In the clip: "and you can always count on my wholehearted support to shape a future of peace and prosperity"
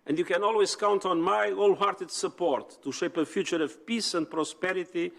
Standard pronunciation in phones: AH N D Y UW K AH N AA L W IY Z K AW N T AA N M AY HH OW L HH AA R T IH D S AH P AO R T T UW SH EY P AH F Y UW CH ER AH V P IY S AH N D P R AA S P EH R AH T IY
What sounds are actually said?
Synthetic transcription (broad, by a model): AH N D Y UW K AH N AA L W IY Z K AW N T AA N M AY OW L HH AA R T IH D S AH P AO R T T UW SH EY P AH F Y UW CH ER AH V P IY S AH N D P R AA S P EH R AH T IY